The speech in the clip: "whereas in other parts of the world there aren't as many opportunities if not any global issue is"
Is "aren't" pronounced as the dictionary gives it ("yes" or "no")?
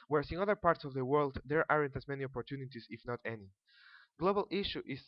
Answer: yes